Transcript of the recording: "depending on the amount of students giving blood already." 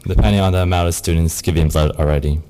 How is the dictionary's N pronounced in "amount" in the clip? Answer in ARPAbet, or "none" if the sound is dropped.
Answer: none